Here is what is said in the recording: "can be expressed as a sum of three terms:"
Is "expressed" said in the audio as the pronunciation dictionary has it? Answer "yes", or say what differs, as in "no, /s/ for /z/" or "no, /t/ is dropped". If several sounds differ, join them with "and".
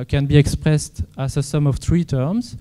yes